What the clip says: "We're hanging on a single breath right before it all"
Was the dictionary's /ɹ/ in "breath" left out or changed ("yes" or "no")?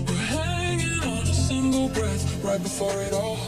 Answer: no